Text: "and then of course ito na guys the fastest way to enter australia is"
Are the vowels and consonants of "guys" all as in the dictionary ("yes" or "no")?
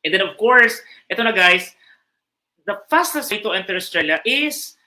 no